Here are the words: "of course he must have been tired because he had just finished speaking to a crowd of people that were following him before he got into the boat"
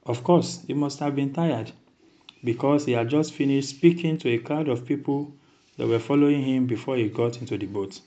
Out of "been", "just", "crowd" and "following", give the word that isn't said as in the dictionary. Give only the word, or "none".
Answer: crowd